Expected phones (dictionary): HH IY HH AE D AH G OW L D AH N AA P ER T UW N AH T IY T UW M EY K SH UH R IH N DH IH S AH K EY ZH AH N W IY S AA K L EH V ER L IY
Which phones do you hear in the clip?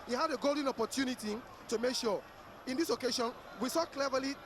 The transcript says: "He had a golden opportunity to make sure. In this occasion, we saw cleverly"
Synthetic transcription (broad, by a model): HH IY HH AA D AH G OW L D AH N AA P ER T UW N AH T IY T UW M EY K SH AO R IH N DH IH S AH K EY SH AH N W IY S AA K L EH V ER L IY